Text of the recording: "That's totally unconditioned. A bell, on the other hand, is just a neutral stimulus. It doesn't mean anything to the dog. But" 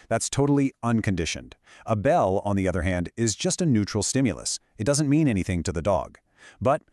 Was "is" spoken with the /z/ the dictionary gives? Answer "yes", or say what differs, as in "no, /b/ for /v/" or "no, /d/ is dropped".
yes